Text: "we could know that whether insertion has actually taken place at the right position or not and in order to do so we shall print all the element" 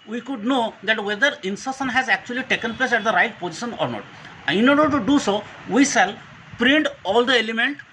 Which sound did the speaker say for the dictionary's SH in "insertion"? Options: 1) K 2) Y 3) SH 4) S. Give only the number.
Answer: 4